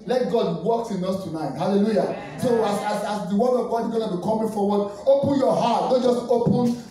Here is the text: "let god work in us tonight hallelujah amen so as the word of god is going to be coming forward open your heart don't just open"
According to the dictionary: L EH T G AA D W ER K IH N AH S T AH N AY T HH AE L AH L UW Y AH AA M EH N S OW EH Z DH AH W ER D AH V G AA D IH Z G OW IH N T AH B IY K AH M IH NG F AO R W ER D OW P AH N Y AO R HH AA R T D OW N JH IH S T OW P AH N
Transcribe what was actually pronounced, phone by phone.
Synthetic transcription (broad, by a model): L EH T G AA D W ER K IH N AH S T AH N AY T HH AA L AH L UW Y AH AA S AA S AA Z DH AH W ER AH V G AA D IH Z G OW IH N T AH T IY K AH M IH F AO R W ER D OW P AH N Y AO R HH AA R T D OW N JH IH S T OW P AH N